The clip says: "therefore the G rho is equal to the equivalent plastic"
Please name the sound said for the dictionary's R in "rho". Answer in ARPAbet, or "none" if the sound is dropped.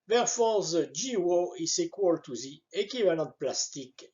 W